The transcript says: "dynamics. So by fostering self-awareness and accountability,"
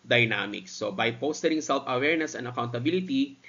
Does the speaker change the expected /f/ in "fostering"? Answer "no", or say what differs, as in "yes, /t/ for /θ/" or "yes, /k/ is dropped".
yes, /p/ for /f/